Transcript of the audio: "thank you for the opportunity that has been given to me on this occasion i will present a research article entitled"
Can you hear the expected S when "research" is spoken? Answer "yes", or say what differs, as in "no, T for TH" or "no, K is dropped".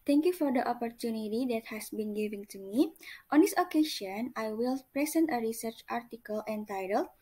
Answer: yes